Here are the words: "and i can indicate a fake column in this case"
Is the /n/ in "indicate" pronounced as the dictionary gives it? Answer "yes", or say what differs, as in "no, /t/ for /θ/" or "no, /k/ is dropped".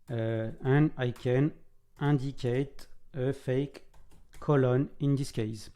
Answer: no, /n/ is dropped